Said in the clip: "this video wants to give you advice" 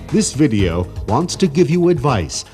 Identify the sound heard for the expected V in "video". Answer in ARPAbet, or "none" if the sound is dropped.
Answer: V